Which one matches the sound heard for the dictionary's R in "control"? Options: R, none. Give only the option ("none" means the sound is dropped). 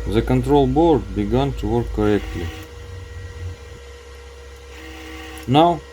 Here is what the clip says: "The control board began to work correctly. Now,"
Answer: R